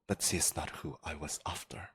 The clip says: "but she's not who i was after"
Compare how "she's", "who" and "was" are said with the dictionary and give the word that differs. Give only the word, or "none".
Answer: she's